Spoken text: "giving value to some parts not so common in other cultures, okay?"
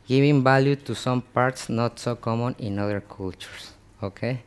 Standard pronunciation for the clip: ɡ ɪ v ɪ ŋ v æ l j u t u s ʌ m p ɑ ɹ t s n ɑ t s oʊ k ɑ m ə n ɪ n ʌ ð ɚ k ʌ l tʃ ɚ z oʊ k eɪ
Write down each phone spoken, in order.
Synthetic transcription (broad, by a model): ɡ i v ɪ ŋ b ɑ l j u t u s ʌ m p ɑ ɹ t s n ɑ t s oʊ k ɑ m ə n ɪ n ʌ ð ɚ k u l tʃ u s oʊ k eɪ